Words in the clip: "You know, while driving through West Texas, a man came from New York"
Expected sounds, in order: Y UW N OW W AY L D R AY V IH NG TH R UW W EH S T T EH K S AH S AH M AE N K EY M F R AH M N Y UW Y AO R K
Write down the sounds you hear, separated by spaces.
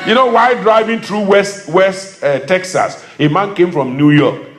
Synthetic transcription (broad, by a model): Y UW N OW W AY D R AY V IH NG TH R UW W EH S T T EH K S AH S AH M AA N K EY M F R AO M N Y UW Y AO K